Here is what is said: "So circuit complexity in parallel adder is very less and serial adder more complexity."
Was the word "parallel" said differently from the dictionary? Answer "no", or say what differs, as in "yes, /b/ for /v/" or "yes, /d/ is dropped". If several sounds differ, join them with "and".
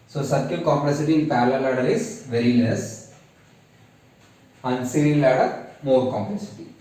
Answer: yes, /l/ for /ɹ/